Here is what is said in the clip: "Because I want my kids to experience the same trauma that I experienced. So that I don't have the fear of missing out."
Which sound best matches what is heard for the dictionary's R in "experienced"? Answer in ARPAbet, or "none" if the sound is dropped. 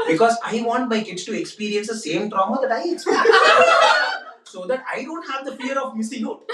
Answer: none